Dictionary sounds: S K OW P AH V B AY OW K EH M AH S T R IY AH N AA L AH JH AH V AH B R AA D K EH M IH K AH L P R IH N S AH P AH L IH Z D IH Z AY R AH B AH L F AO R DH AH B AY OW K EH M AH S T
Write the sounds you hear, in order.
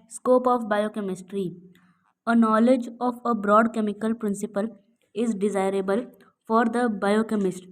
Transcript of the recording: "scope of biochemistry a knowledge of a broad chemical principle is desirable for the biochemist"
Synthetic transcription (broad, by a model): S K OW P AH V B AY OW K EH M AH S T R IY AH N AA L AH JH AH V AH B R AA D K EH M IH K AH L P R IH N S AH P AH L IH Z D IH Z AY R AH B AH L F AO R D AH B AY OW K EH M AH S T